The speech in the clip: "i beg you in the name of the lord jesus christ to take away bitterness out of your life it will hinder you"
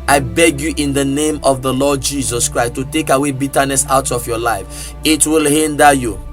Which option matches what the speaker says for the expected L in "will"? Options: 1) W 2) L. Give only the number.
2